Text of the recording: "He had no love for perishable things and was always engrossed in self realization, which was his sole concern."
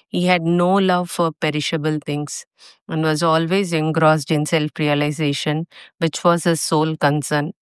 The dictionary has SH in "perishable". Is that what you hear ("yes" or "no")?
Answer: yes